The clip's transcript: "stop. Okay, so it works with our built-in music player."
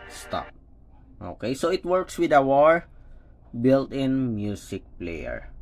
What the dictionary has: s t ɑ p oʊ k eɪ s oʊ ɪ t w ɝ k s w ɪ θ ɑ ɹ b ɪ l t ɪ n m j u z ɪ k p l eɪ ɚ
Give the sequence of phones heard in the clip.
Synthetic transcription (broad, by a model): s t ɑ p oʊ k eɪ s oʊ ɪ t w ɝ k s w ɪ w ɑ ɹ b ɪ l t ɪ n m j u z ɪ k p l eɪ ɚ